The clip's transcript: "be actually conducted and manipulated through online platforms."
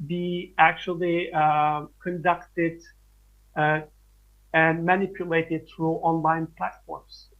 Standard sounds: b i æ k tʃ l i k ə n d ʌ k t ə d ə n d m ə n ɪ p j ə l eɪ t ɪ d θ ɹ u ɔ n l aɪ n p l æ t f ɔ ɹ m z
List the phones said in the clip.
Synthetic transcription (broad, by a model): b i æ k tʃ l i k ə n d ʌ k t ə d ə n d m ə n ɪ p j ə l eɪ t ɪ d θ ɹ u ɔ n l aɪ n p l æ t f ɔ ɹ m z